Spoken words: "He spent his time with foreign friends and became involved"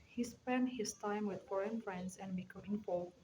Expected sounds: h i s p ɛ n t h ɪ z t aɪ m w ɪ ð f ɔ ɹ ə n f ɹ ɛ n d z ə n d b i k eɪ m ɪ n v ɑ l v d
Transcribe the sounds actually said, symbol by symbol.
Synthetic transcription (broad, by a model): h i s p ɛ n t h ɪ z t aɪ m w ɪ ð f ɔ ɹ ə n f ɹ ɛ n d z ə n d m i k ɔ ɪ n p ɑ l